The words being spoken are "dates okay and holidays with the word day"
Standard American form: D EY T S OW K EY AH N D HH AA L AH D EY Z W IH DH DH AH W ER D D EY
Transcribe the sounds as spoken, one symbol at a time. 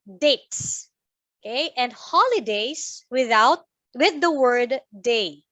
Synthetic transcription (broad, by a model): D EY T S OW K EY AH N D HH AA L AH D EY S W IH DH DH AH W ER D D EY